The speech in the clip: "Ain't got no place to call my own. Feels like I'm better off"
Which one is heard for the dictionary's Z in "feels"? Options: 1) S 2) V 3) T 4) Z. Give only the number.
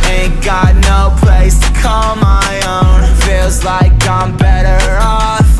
4